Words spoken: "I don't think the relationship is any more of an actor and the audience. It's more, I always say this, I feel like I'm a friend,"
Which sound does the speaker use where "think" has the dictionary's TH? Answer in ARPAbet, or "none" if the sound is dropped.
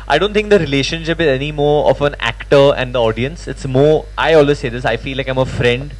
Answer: T